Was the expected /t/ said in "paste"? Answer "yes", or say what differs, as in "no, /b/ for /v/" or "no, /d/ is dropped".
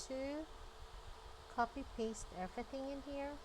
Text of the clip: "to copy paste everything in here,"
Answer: yes